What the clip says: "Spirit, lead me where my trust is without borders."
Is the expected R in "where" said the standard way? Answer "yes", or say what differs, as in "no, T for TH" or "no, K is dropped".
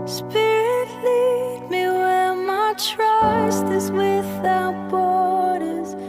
no, L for R